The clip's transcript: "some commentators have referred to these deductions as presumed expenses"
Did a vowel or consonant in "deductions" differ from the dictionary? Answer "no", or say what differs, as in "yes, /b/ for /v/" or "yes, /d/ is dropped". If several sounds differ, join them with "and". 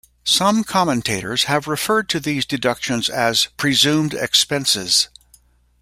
no